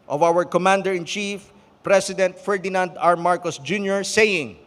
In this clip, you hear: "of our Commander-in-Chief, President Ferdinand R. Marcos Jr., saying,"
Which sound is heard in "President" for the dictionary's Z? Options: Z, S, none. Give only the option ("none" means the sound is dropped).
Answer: S